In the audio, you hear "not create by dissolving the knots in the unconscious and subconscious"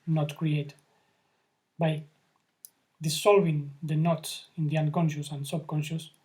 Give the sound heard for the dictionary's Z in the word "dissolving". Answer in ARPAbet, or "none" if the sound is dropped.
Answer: S